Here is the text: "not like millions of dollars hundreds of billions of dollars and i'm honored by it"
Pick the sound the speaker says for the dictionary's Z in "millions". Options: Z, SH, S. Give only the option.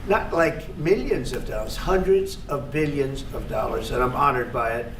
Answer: Z